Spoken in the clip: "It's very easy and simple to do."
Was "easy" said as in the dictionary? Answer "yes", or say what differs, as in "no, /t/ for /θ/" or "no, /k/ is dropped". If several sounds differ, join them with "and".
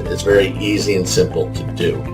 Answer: yes